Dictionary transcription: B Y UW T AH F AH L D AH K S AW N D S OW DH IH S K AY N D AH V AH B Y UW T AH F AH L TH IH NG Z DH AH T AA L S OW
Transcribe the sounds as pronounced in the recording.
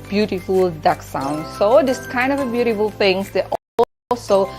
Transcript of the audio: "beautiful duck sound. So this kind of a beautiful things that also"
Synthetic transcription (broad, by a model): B Y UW T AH F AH L D AH K S AW N D S OW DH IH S K AY N D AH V AH B Y UW T AH F AH L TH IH NG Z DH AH T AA L S OW